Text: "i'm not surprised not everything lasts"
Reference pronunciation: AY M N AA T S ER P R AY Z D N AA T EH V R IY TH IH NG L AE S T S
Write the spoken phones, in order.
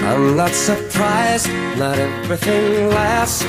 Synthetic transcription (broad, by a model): AY M N AA T S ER P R AY Z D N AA T EH V R IY TH IH NG L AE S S